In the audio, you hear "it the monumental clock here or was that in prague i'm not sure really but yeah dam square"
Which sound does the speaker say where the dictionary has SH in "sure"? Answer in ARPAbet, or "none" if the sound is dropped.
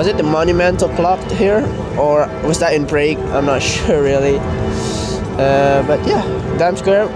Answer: SH